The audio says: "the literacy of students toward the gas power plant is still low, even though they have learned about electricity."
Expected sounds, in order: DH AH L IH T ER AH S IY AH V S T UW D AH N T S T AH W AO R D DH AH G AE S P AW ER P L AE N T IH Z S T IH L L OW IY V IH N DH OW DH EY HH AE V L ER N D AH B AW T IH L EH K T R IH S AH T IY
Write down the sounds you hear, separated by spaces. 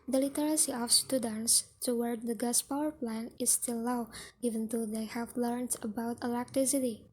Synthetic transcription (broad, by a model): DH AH L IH T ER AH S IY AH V S T UW D AH N T S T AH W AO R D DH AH G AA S P AW ER P L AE N IH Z S T IH L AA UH IY V IH N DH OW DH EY HH AE V L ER N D AH B AW T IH L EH K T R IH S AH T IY